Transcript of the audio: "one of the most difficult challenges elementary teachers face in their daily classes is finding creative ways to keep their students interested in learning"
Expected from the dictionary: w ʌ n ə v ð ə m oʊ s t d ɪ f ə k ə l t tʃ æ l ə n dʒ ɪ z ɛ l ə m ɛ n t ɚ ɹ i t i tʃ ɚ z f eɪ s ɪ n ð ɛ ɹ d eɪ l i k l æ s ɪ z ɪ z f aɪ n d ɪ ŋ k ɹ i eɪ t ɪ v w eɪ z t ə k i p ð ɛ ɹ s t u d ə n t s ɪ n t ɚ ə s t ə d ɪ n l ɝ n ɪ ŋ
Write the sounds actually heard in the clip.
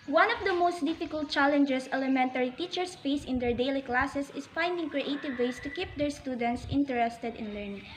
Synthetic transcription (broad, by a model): w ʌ n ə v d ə m oʊ s t d ɪ f ə k ə l t tʃ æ l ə n dʒ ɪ s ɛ l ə m ɛ n t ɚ ɹ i t i tʃ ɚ s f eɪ s ɪ n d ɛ ɹ d eɪ l i k l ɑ s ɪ s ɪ s f aɪ n d ɪ ŋ k ɹ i eɪ t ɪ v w eɪ s t ə k i p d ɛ ɹ s t u d ə n t s ɪ n t ɚ ə s t ə d ɪ n l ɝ n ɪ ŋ